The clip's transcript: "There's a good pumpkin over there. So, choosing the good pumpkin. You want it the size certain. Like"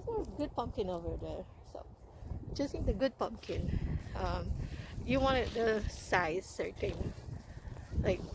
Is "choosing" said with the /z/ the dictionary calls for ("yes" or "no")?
no